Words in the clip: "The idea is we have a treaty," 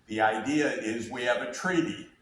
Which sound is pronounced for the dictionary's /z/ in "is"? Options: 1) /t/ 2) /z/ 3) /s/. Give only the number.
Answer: 2